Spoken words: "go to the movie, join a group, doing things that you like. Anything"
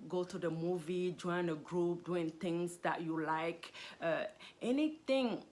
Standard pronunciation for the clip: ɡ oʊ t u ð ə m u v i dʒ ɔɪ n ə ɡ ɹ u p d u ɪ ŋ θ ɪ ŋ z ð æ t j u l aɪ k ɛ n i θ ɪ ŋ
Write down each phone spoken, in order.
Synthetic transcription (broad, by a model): ɡ oʊ t u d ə m u v i dʒ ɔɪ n ə ɡ ɹ u p d u ɪ ŋ t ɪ ŋ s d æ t j u l aɪ k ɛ n i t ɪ ŋ